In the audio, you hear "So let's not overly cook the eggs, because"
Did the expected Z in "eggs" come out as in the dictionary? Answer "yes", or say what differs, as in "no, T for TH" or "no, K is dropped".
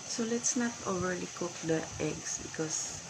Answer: no, S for Z